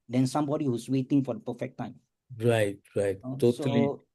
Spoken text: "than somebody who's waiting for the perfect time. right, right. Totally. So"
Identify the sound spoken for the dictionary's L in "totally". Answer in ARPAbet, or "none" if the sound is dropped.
none